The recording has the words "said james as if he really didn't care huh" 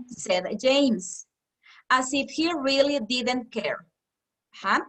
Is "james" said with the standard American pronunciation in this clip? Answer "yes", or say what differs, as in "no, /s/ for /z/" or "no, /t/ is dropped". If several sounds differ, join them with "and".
no, /s/ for /z/